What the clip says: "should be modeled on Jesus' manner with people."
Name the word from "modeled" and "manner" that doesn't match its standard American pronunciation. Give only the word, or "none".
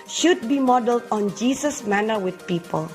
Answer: none